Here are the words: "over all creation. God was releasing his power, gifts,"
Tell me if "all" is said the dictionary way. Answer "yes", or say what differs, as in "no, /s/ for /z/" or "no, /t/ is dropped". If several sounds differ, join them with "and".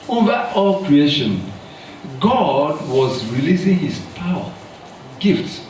yes